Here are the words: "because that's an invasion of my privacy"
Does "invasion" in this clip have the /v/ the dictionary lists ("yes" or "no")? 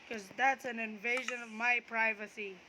yes